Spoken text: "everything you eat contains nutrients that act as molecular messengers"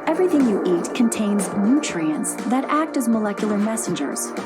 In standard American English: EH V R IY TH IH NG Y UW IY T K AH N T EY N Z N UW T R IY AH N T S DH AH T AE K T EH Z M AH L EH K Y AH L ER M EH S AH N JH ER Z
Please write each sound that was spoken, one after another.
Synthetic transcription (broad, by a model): EH V R IY TH IH NG Y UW IY T K AH N T EY N Z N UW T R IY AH N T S DH AH T AE K T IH Z M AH L EH K Y L ER M EH S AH N JH ER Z